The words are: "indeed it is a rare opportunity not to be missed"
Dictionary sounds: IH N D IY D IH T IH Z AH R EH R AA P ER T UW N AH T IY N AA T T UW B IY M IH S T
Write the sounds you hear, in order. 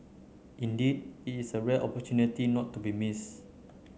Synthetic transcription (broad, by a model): IH N D IY D IH T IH S AH R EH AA P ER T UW N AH T IY N AA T T UW B IY M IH S